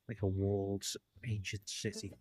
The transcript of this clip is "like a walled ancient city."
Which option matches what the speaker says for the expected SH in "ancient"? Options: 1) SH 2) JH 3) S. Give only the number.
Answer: 1